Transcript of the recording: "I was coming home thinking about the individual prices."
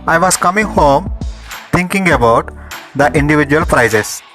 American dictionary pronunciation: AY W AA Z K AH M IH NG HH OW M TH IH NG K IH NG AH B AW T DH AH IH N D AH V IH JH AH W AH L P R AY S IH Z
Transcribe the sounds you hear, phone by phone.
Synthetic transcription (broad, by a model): AY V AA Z K AH M IH NG HH OW M T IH NG K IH NG AH B AW T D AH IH N D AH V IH JH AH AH L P R AY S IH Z